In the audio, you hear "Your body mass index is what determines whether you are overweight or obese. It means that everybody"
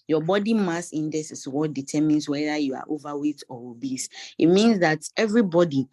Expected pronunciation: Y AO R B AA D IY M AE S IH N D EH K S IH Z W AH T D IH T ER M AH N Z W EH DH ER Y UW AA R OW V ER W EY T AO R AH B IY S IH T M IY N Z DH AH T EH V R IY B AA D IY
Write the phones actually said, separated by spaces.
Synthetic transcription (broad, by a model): Y AO B AA D IY M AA S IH N D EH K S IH S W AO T D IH T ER M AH N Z W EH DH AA Y UW AA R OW V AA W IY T AO W AH B IY S IH T M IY N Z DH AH T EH V R IY B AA D IY